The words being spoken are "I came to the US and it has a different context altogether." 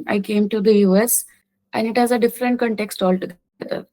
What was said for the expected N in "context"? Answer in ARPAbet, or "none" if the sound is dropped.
N